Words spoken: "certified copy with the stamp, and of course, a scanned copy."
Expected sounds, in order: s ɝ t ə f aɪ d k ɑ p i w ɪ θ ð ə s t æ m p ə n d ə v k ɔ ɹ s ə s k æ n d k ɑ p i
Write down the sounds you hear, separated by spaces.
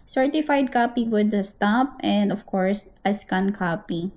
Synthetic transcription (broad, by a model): s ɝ t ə f aɪ d k ɑ p i w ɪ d s t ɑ p ə n d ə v k ɔ ɹ s ə s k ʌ n k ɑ p i